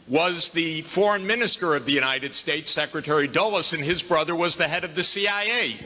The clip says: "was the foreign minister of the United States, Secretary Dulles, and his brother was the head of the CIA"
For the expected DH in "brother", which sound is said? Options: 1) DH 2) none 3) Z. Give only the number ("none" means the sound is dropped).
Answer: 1